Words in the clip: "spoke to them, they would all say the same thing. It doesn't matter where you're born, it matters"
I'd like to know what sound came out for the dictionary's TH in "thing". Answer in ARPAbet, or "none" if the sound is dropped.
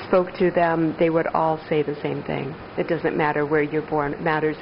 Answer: TH